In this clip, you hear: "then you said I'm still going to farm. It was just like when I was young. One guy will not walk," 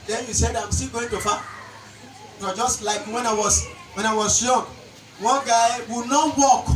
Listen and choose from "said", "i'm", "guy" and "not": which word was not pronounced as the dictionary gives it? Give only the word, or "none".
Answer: none